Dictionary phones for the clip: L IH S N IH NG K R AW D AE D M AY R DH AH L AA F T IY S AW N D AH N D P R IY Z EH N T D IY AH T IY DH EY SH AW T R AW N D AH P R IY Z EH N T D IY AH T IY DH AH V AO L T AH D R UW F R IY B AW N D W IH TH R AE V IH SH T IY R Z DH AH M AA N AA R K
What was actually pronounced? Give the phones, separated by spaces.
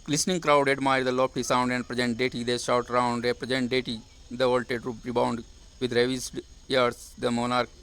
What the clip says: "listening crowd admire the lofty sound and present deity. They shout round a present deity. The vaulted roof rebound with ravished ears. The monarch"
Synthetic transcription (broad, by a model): L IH S N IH NG K R AW D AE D M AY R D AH L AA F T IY S AW N D AH N D P R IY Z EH N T D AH T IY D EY SH AW T R AW N D AH P R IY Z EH N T D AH T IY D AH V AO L T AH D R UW P R IY B AW N D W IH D R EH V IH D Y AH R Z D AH M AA N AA R K